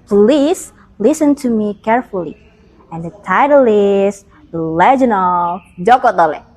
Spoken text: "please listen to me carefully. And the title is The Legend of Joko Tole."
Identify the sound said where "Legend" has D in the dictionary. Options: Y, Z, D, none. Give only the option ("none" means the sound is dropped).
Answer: none